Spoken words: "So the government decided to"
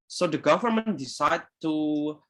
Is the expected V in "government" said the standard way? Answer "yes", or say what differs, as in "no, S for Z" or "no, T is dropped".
yes